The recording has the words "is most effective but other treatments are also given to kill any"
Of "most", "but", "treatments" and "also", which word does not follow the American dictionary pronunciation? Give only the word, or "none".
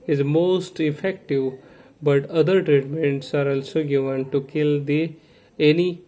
none